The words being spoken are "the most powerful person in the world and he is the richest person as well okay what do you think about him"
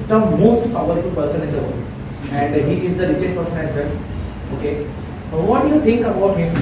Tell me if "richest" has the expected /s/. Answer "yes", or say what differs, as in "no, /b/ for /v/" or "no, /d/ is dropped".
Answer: no, /s/ is dropped